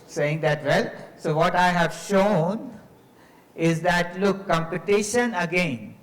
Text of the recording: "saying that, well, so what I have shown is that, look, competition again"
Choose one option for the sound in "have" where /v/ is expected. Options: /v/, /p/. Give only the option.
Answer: /v/